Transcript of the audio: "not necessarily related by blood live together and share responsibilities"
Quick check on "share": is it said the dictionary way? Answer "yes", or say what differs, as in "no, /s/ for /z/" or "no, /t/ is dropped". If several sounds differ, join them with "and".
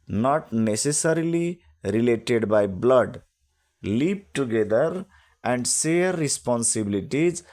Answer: no, /s/ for /ʃ/